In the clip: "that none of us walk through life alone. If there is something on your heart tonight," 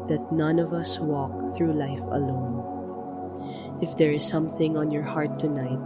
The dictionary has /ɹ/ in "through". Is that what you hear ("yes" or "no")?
yes